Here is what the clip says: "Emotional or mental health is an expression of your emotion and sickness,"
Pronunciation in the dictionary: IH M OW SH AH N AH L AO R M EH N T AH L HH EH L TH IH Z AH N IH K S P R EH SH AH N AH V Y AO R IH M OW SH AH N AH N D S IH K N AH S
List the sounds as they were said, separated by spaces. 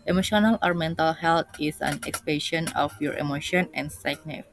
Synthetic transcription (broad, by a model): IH M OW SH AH N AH L AO R M EH N T AH L HH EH L T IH S AH N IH K S P EH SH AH N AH F Y AO R IH M OW SH AH N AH N S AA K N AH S